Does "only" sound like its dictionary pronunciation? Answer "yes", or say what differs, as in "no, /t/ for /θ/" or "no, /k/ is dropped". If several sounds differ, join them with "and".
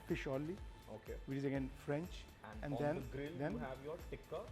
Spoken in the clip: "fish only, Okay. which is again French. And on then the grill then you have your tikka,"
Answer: no, /n/ is dropped